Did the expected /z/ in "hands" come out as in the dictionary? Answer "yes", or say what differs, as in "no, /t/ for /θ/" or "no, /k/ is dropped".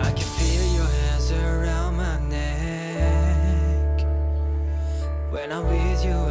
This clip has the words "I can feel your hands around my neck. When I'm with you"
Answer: yes